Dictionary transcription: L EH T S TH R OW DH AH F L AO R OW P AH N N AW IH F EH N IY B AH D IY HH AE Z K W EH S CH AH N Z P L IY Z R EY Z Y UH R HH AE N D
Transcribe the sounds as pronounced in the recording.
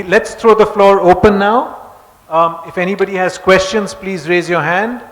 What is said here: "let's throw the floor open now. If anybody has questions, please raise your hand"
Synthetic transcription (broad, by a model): L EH T S T R OW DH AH F L AO R OW P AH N N AW IH F EH N IY B AH D IY HH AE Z K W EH S CH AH N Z P L IY Z R EY Z Y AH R HH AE N D